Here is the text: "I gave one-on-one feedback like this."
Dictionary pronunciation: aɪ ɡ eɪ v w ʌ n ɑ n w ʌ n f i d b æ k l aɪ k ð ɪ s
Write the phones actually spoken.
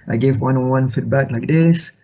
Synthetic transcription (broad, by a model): aɪ ɡ eɪ v w ʌ n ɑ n w ʌ n f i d b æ k l aɪ k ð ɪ s